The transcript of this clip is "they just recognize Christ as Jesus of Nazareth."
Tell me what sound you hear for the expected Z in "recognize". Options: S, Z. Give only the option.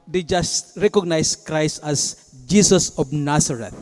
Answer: S